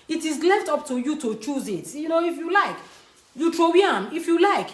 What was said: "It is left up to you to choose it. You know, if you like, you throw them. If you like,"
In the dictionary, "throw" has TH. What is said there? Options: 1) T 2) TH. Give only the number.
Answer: 1